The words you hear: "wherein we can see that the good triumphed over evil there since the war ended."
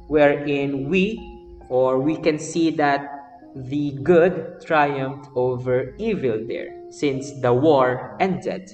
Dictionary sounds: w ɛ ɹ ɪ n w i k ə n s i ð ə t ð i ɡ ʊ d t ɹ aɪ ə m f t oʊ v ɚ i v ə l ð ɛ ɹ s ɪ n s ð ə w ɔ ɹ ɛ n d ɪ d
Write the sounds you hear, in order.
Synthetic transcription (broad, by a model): w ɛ ɹ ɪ n w i k ə n s i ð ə t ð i ɡ ʊ d t ɹ aɪ ə m f t oʊ v ɚ i v ə l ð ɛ ɹ s ɪ n s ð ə w ɔ ɹ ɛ n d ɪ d